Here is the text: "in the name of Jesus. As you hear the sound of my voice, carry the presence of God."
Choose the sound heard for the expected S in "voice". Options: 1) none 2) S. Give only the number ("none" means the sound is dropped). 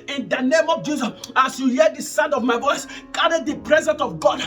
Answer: 2